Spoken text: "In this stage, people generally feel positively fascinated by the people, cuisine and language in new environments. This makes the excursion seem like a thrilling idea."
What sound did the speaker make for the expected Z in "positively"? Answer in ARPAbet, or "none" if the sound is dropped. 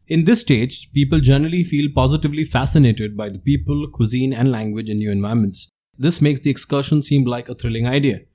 Z